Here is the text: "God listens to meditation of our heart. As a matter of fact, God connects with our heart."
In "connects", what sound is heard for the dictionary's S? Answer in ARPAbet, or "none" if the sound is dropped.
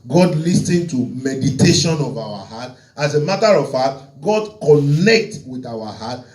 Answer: none